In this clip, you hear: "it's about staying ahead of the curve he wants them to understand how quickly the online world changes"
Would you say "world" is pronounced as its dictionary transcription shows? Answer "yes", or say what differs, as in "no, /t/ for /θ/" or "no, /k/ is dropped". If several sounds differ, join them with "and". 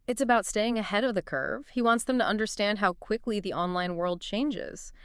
yes